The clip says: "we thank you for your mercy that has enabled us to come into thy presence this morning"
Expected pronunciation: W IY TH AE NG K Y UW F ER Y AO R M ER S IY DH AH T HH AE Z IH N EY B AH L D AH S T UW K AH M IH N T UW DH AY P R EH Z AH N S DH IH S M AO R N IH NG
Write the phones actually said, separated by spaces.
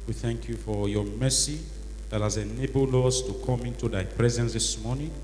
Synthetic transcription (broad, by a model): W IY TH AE NG K Y UW F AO Y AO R M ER S IY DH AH T HH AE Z IH N EY B AH L D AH S T UW K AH M IH N T UW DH AY P R EH Z AH N S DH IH S M AO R N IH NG